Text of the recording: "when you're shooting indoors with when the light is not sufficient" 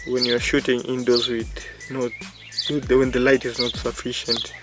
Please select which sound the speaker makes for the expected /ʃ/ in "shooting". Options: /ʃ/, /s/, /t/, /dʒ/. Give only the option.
/ʃ/